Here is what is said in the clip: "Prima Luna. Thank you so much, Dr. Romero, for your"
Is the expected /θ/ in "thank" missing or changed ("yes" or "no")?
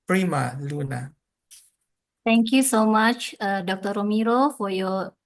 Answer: yes